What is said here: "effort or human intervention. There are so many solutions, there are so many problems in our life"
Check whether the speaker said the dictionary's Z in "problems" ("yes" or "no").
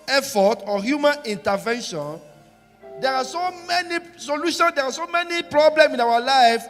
no